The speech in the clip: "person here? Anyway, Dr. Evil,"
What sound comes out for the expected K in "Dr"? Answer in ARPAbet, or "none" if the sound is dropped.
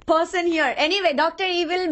K